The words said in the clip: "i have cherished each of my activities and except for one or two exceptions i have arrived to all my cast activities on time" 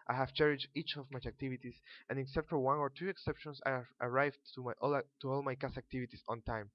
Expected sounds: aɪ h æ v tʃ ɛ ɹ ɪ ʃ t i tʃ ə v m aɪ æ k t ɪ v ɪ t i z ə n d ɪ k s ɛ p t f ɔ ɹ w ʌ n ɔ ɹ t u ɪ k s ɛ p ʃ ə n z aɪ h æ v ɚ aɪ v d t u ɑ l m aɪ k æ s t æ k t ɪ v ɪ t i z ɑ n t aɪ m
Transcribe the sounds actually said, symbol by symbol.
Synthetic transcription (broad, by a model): aɪ h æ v tʃ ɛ ɹ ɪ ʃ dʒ i tʃ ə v m aɪ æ k t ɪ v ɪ t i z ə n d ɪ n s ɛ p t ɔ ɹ w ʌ n ɔ ɹ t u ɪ k s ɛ p ʃ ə n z aɪ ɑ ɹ aɪ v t t u ɑ l m aɪ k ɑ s æ k t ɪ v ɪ t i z ɑ n t aɪ m